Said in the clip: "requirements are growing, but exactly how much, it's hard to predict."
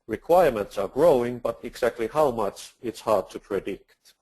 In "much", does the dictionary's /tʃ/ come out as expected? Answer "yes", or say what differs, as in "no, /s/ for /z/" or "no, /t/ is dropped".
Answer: yes